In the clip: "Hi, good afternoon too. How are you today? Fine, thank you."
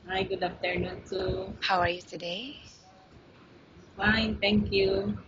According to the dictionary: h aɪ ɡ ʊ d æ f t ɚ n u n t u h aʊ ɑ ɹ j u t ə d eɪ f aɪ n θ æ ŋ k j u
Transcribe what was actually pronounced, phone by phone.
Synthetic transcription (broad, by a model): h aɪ ɡ ʊ d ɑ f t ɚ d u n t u h aʊ ɑ ɹ j u t ə d eɪ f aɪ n t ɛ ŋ k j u